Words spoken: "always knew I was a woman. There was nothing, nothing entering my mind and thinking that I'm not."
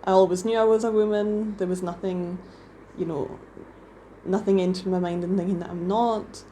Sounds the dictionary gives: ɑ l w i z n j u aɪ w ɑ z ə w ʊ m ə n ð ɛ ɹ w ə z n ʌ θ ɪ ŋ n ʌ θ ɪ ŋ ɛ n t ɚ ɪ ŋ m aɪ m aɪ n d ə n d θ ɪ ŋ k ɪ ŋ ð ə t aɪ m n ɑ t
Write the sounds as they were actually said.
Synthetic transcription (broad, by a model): ɑ l w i z n j u aɪ w ɑ z ə w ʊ m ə n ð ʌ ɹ w ə z n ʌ θ ɪ ŋ n ʌ θ ɪ ŋ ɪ n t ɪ m aɪ m aɪ n d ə n θ ɪ ŋ k ɪ ŋ ð ə t aɪ m n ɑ t